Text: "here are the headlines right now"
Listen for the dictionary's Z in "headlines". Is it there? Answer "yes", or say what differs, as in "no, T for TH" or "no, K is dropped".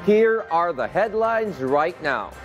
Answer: yes